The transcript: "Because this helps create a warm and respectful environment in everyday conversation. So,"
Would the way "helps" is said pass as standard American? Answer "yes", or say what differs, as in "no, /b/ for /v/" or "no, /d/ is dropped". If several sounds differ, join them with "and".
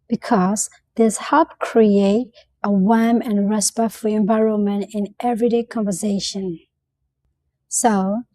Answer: no, /s/ is dropped